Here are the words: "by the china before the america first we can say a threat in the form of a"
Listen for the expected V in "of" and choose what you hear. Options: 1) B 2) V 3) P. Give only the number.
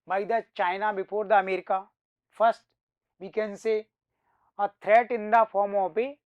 3